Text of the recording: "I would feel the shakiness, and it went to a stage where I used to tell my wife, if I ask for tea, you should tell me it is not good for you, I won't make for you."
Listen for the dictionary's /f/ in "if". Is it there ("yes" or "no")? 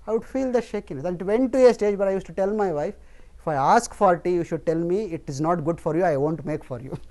yes